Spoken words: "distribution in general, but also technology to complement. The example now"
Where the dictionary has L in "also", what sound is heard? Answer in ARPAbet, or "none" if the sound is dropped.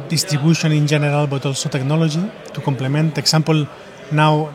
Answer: L